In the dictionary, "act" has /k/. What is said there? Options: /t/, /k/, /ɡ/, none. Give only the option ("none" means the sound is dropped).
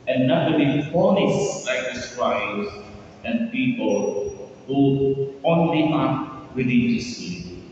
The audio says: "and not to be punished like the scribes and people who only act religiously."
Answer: none